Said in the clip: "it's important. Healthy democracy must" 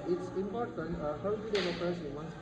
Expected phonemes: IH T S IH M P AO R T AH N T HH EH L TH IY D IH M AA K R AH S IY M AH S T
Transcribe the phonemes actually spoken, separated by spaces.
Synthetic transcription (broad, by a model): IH T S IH M P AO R T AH N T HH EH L T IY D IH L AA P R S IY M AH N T